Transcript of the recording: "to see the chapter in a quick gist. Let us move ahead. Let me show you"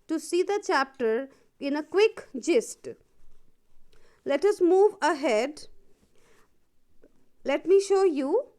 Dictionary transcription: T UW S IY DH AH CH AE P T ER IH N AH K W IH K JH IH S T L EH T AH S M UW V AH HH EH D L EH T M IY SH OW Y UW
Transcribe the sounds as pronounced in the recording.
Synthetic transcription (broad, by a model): T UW S IY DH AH CH AE P T ER IH N AH K W IH K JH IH S T L EH T AH S M UW V AH HH EH D L EH T M IY SH OW Y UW